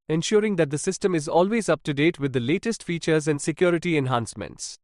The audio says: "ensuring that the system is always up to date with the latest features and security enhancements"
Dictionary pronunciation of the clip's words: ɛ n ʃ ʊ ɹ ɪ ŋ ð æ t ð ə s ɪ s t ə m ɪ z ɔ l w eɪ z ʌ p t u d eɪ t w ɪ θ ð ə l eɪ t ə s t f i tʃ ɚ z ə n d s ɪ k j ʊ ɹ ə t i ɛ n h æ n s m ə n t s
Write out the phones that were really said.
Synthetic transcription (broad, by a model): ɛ n ʃ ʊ ɹ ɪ ŋ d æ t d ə s ɪ s t ə m ɪ z ɔ l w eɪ z ʌ p t u d eɪ t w ɪ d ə l eɪ t ə s t f i tʃ ɚ z ə n d s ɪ k j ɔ ɹ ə t i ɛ n h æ n s m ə n t s